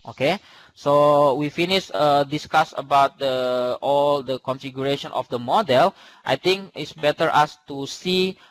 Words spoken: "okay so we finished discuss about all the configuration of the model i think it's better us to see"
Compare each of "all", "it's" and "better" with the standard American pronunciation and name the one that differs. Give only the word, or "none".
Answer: none